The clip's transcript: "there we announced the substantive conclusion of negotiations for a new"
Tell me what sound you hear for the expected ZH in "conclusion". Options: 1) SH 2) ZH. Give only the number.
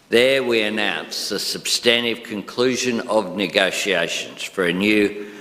2